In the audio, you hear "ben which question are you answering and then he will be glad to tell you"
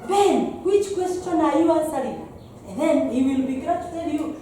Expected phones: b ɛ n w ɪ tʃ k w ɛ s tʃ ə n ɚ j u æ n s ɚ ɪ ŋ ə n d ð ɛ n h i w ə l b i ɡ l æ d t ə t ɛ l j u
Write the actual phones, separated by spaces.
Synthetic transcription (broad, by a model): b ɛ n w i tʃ k w ɛ s tʃ ə n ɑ j u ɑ s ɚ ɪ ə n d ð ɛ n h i w ə l b i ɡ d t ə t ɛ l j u